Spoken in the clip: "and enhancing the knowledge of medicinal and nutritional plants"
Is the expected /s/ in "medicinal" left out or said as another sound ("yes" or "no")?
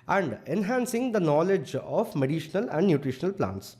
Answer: yes